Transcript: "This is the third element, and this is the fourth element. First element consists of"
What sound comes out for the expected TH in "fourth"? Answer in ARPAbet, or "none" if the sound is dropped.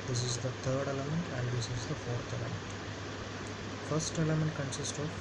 T